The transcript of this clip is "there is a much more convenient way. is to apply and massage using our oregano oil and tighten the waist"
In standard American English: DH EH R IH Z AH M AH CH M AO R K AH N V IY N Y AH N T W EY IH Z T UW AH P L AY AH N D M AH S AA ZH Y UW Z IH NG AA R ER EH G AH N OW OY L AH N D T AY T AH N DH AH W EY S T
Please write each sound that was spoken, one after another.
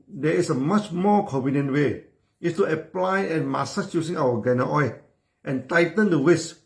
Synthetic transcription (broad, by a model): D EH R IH S AH M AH CH M AO K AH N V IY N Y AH N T W EY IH S T UW AH P L AY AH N M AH S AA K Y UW S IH NG AA W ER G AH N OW OY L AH N T AY T AH N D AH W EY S